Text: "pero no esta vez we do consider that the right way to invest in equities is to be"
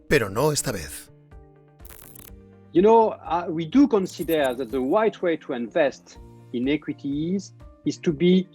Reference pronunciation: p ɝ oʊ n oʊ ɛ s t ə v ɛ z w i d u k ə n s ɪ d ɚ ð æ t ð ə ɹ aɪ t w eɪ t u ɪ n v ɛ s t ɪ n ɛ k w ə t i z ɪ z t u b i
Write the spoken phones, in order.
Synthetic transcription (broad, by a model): p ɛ oʊ n oʊ ɛ s t ə b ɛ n w i d u k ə n s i d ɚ ð æ t ð ə w aɪ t w eɪ t u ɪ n v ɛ s t ɪ n ɛ k w ə t i z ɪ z t u b i